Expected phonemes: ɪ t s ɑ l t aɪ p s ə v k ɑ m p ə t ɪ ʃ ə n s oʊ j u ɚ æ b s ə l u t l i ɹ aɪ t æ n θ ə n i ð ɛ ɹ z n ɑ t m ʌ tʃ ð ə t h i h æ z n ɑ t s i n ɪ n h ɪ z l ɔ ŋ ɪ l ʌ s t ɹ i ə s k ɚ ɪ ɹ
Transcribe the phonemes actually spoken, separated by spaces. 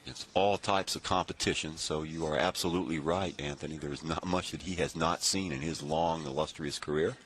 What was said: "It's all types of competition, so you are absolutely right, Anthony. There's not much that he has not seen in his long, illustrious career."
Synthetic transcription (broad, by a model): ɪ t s ɑ l t aɪ p s ə v k ɑ m p ə t ɪ ʃ ə n s oʊ j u ɚ æ b s ə l u t l i ɹ aɪ t æ n θ ə n i ð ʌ ɹ z n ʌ t m ʌ tʃ ð ə t h i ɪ z n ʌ t s i n ɪ n ɪ z l ɔ ŋ ɪ l ʌ s t ɹ i ə s k ɚ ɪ ɹ